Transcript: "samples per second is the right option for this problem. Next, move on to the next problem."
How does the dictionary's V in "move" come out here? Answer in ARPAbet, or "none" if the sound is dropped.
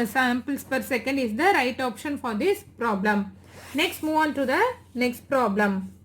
V